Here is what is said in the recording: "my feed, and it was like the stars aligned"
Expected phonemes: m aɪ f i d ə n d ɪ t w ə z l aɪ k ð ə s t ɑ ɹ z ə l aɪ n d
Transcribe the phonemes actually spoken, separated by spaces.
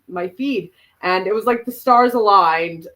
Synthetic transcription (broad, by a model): m aɪ f i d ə n ɪ t w ə z l aɪ k ð ə s t ɑ ɹ z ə l aɪ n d